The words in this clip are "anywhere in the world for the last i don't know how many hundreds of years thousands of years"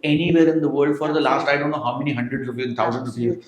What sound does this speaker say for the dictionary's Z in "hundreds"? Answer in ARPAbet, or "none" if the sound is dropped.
none